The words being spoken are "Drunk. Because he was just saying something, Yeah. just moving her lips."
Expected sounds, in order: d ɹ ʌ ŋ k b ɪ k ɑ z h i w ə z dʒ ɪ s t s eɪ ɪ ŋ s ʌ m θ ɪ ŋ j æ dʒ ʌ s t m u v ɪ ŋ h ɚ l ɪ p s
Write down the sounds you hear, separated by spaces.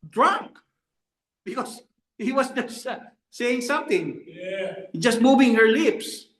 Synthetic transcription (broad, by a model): d ɹ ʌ ŋ k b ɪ k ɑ s h i w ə s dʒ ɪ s s eɪ ɪ ŋ s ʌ m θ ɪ ŋ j dʒ ʌ s t m u v ɪ ŋ h ɚ l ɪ p s